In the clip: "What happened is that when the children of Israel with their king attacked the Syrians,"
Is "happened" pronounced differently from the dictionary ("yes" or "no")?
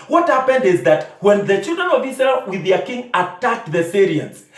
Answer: no